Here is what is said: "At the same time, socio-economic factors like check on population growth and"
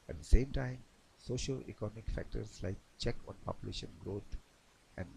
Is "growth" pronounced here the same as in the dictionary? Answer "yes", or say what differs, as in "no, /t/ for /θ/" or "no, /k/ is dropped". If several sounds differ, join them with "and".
no, /t/ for /θ/